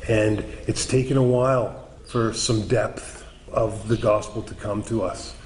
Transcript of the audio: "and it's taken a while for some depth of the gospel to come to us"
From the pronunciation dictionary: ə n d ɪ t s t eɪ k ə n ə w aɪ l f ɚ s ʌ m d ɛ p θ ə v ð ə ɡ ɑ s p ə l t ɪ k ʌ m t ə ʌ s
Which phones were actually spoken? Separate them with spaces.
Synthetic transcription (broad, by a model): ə n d ɪ t s t eɪ k ə n ə w aɪ l f ɚ s ʌ m d ɛ p θ ə v ð ə ɡ ɑ s p l t ɪ k ʌ m t ə ʌ s